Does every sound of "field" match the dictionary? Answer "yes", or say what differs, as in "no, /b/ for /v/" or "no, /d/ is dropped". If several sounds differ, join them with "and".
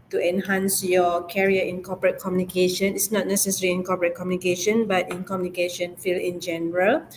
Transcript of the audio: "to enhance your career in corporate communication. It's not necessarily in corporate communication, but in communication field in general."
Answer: no, /d/ is dropped